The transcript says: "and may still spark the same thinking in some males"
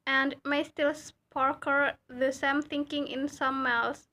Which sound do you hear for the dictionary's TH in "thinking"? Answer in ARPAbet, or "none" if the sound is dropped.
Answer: TH